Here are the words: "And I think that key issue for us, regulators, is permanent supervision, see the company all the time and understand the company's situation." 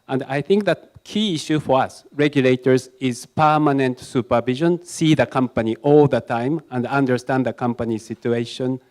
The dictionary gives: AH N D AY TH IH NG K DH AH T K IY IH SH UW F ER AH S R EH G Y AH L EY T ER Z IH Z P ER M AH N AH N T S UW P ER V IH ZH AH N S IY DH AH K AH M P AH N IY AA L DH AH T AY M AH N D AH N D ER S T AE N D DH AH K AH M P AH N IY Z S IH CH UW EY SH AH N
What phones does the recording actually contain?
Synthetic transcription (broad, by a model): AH N D AY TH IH NG K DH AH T K IY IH SH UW F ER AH S R EH G Y AH L EY T ER Z IH Z P ER M AH N AH N T S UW P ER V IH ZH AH N S IY DH AH K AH M P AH N IY AA L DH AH T AY M AH N D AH N D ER S T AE N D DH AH K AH M P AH N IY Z S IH CH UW EY SH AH N